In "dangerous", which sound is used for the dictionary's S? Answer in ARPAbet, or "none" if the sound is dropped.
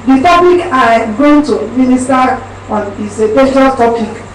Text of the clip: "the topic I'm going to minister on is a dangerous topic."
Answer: none